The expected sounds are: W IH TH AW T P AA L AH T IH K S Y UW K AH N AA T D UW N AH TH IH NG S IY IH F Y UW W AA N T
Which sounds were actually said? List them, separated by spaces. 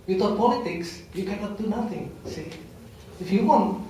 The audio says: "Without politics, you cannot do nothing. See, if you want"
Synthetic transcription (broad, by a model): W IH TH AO P AA L AH T IH K S Y UW K AH N AA T D UW N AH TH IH NG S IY IH F Y UW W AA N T